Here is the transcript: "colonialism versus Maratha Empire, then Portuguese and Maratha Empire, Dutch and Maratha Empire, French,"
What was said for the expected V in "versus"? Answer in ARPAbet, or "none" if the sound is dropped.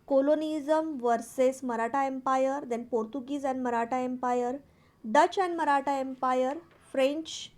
V